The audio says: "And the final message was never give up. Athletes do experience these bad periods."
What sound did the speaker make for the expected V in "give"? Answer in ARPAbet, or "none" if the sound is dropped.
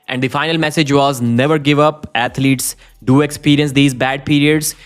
V